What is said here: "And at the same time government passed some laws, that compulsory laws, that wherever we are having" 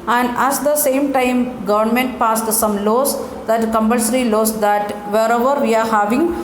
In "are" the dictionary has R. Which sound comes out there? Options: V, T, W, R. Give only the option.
R